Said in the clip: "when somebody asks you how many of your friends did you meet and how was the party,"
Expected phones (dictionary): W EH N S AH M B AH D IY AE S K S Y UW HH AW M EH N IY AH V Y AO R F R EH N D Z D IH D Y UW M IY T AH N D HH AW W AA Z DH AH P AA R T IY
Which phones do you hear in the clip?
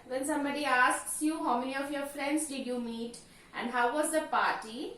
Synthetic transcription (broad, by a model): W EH N S AH M B AH D IY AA S K S Y UW HH AW M EH N IY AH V Y AO R F R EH N D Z D IH D Y UW M IY T AH N D HH AW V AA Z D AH P AA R T IY